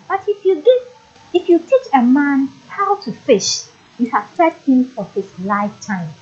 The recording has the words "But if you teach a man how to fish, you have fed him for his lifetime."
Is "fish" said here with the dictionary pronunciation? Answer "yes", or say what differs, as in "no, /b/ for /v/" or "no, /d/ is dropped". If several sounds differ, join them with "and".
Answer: yes